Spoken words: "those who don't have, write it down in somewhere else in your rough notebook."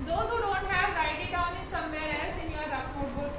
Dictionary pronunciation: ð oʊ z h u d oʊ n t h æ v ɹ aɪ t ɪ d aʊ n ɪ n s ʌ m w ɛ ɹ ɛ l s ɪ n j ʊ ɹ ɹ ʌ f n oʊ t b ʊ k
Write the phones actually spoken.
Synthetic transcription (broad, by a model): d oʊ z h u d oʊ n t h æ v ɹ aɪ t ɪ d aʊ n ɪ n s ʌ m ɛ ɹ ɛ s ɪ n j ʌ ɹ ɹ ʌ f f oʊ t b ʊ